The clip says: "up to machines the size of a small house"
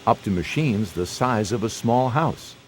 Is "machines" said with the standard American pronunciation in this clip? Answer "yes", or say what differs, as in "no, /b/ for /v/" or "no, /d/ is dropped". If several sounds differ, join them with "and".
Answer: yes